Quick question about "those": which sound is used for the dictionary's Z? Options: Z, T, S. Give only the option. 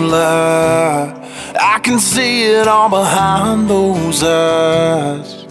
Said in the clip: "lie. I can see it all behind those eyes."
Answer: Z